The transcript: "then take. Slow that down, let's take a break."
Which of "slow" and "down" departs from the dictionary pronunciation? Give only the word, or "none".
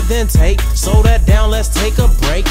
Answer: slow